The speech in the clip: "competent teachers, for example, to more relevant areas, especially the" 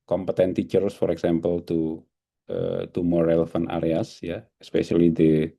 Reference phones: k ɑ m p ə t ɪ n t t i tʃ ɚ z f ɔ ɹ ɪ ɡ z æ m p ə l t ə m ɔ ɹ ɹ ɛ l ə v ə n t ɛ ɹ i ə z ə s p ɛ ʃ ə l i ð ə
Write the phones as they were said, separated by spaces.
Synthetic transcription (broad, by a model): k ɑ m p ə t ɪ n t t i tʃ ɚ s f ɔ ɹ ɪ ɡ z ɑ m p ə l t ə m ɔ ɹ ɹ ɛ l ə f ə n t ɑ ɹ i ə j ə s p ɛ ʃ ə l i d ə